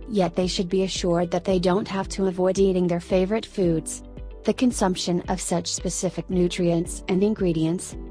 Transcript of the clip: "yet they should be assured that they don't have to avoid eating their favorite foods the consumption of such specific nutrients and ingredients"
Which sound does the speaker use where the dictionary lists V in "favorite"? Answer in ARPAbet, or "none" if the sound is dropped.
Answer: V